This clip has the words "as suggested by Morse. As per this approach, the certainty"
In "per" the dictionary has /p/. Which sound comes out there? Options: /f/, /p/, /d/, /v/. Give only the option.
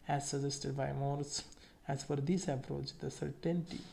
/f/